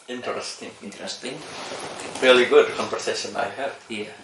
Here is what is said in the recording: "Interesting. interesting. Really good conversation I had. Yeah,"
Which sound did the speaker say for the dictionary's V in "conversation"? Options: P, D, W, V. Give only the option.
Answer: P